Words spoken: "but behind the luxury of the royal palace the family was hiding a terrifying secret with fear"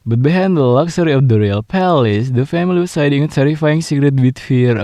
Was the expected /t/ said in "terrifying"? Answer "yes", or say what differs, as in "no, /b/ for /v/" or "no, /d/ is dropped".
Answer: no, /s/ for /t/